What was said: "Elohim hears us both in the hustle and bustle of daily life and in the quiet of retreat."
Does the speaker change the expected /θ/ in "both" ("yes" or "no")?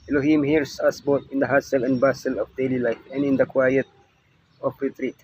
yes